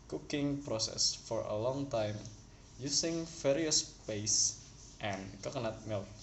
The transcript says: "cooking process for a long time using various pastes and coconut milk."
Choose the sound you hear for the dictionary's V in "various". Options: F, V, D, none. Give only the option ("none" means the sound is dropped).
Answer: F